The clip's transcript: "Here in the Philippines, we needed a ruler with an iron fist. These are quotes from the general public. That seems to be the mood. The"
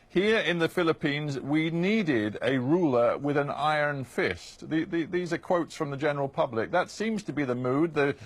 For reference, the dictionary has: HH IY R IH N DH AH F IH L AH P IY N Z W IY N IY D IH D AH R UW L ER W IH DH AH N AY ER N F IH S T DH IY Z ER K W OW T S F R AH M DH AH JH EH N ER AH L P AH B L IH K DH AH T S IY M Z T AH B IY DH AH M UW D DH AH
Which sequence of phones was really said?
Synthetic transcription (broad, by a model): HH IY R IH N DH AH F IH L AH P IY N Z W IY N IY D IH D AH R UW L ER W IH DH AH N AY ER N F IH S T DH IY Z ER K W OW T S F R AH M DH AH JH EH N ER L P AH B L IH K DH AH T S IY M Z T AH B IY DH AH M UW D DH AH